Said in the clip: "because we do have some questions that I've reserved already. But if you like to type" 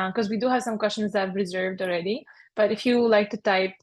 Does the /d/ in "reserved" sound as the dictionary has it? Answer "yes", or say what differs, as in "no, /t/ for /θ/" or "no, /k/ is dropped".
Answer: yes